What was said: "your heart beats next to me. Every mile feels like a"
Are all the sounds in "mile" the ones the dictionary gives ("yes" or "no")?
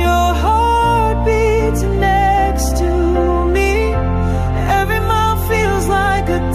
no